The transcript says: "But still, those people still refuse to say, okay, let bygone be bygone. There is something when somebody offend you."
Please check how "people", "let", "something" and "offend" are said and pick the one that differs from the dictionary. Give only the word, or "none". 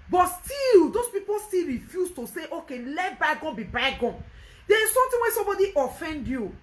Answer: something